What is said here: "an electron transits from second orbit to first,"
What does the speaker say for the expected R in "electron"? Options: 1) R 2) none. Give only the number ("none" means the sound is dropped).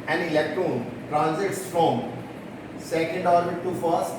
2